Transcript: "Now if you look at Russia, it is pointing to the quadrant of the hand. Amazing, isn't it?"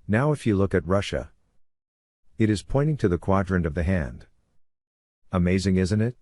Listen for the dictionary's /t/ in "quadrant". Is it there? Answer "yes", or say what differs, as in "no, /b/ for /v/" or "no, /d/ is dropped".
no, /t/ is dropped